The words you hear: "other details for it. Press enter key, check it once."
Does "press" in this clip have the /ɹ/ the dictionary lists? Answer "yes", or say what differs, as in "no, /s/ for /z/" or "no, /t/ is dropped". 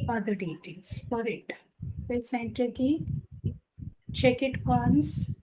no, /ɹ/ is dropped